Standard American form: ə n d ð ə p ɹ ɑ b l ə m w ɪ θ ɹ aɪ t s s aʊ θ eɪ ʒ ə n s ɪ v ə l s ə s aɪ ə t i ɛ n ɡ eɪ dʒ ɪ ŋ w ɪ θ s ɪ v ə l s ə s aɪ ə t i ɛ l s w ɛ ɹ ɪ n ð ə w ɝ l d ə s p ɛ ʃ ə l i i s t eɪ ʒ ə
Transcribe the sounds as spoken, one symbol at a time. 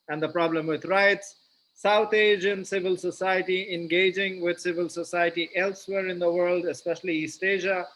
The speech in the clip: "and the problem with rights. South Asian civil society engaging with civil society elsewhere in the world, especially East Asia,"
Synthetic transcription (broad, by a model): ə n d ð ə p ɹ ɑ b l ə m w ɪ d ɹ aɪ t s s aʊ t eɪ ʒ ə n s ɪ v ə l s ə s aɪ ə t i ɛ n ɡ eɪ dʒ ɪ ŋ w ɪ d s ɪ v ə l s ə s aɪ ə t i ɛ l s w ɛ ɹ ɪ n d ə w ɝ l d ə s p ɛ ʃ ə l i i s t eɪ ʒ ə